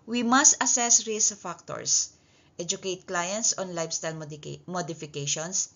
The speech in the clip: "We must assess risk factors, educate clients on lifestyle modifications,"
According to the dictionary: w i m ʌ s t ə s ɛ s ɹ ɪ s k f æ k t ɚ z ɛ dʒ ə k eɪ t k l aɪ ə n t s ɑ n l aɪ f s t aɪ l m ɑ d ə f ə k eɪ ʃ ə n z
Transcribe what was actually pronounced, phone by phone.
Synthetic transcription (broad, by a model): w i m ʌ s t ə s ɛ s ɹ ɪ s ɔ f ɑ k t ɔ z ɛ dʒ ə k eɪ t k l aɪ ə n t s ɑ n l aɪ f s t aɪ l m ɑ d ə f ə k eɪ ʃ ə n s